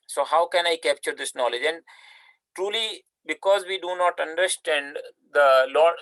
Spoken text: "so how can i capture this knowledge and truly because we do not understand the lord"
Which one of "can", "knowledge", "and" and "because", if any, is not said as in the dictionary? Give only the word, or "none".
none